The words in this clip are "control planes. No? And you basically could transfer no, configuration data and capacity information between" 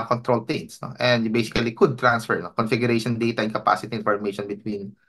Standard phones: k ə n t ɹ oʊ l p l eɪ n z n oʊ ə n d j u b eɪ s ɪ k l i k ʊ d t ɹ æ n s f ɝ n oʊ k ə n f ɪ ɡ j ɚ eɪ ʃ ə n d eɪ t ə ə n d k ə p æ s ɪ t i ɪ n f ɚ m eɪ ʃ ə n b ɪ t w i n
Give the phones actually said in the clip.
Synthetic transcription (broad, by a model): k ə n t ɹ oʊ l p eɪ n s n oʊ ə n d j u b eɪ s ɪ k l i k ʊ d t ɹ æ n s f ɝ n oʊ k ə n f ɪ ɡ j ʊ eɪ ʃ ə n d eɪ t ə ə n k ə p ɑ s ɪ t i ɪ n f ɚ m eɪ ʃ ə n b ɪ t w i n